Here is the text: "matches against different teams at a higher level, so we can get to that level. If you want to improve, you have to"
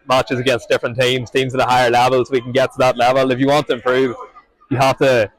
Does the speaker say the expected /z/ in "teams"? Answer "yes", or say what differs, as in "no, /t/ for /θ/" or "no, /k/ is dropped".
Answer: yes